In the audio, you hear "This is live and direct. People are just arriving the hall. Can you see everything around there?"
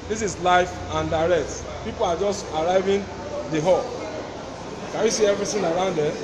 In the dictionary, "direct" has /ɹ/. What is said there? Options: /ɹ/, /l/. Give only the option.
/ɹ/